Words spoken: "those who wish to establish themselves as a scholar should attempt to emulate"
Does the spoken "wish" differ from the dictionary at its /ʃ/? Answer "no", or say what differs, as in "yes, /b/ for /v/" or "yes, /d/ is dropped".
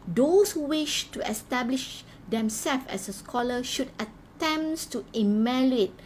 no